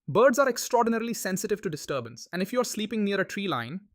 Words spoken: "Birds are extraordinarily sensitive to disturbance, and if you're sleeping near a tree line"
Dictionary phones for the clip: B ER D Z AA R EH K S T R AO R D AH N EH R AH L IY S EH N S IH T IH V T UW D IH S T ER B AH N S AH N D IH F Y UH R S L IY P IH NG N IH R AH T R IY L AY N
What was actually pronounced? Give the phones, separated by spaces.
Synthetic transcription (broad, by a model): B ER D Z AA R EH K S T R AO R D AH N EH R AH L IY S EH N S IH T IH V T UW D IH S T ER B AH N S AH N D IH F Y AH R S L IY P IH NG N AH R AH T R IY L AY N